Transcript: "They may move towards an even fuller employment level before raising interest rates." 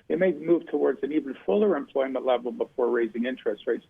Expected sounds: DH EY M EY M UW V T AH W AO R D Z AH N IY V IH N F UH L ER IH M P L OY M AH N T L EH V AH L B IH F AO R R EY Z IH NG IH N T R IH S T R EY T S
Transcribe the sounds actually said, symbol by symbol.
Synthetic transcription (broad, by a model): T M EY M UW V T AH W AO R D Z AH N IY V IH N F UH L ER IH M P L OY M AH N T L EH V L B IH F AO R R EY Z IH NG IH N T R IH S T R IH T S